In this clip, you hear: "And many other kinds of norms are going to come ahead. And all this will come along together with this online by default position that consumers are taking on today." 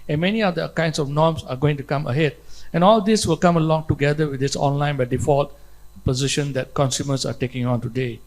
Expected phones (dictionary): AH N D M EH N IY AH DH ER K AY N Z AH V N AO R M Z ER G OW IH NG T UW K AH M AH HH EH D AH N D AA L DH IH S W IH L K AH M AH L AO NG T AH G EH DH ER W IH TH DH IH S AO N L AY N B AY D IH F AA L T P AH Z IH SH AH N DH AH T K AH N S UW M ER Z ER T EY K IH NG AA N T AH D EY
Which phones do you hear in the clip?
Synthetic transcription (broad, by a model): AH N M EH N IY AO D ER K AY N S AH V N AO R M S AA G OW IH NG T UW K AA M AH HH EH D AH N AA L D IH S W IH L K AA M AH L AO NG T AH G EH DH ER W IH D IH S AO N L AY N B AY D IH F AA L T P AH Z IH SH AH N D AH T K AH N S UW M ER S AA T EY K IH NG AA N T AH D EY